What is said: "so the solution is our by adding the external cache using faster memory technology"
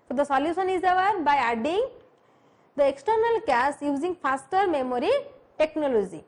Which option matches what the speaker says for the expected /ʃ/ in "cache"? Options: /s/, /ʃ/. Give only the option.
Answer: /s/